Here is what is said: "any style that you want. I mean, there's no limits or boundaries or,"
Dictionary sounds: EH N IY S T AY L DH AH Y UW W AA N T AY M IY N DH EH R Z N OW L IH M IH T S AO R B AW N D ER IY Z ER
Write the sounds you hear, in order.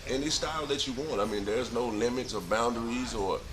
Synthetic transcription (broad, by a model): EH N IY S T AY L DH AH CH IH W AA N T AY M IY N DH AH R Z N OW L IH M IH T S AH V B AW N D ER IY Z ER